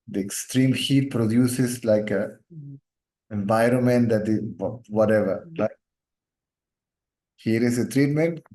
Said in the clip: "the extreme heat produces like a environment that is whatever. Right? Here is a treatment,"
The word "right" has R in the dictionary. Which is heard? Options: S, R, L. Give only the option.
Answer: L